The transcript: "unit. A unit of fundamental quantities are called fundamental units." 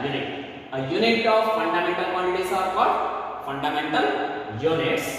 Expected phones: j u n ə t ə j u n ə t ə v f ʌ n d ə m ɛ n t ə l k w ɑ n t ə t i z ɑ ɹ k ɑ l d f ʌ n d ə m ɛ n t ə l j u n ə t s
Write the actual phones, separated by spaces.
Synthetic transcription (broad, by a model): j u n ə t ə j u n ə t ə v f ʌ n d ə m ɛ n t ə l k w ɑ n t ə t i s ɑ ɹ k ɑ d p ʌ n d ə m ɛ n t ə l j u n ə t s